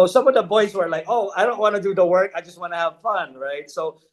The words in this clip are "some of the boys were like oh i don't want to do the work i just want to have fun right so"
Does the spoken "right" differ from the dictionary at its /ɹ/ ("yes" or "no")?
no